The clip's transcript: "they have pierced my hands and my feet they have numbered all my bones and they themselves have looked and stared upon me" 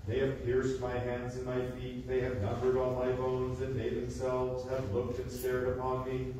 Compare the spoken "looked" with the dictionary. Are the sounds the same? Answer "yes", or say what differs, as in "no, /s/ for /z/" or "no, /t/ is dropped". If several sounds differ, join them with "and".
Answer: yes